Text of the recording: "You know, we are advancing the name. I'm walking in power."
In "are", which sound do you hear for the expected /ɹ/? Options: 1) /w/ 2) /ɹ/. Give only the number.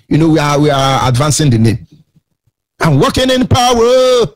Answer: 1